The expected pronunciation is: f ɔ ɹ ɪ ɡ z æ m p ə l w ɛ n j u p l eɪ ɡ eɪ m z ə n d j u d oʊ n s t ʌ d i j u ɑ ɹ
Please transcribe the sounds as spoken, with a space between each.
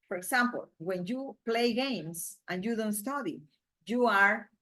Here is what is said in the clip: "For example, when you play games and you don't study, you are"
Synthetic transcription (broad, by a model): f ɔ ɹ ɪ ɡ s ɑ m p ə l w ɛ n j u p l eɪ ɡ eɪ m s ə n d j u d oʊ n s t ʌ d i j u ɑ ɹ